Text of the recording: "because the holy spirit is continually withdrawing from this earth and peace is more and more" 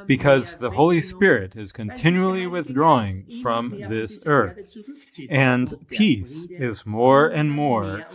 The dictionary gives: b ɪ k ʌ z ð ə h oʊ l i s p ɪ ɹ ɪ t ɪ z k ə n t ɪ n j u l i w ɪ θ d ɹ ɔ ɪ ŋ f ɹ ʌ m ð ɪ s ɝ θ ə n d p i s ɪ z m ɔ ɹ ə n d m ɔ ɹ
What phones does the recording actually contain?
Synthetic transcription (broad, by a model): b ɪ k ʌ z ð ə h oʊ l i s p ɪ ɹ ɪ t ɪ z k ə n t ɪ n j u l i w ɪ θ d ɹ ɔ ɪ ŋ f ɹ ʌ m ð ɪ s ɝ θ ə n p i s ɪ z m ɔ ɹ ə n m ɔ ɹ